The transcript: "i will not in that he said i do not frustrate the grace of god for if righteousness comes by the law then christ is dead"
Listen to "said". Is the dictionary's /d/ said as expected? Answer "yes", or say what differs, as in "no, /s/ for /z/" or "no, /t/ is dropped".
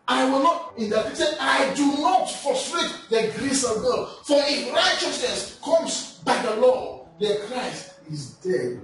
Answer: no, /d/ is dropped